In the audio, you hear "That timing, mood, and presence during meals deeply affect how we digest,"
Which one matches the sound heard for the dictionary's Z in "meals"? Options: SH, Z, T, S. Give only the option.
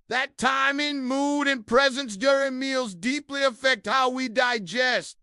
Z